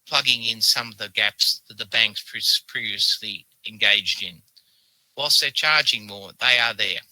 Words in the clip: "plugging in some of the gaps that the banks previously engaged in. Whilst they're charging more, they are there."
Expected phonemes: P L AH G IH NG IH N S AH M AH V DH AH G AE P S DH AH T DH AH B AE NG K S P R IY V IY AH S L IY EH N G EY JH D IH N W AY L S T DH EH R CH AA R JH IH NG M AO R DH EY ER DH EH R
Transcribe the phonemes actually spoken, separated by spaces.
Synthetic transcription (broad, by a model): P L AH G IH NG IH N S AH M AH V DH AH G AE P S DH AH T DH AH B AE NG K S P R IY V IY AH S L IY EH N G EY JH D IH N W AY L S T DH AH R CH AA R JH IH NG M AO R DH EY ER DH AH R